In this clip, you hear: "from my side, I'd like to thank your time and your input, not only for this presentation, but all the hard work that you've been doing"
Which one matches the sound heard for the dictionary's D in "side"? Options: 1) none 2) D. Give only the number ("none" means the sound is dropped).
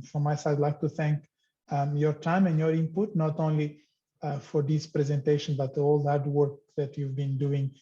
1